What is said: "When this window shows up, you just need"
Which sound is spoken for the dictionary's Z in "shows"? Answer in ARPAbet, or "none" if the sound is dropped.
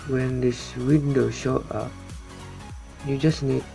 none